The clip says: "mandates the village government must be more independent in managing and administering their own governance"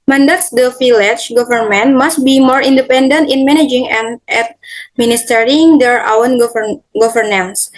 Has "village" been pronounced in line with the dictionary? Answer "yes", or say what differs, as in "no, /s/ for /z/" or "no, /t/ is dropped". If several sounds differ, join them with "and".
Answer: no, /f/ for /v/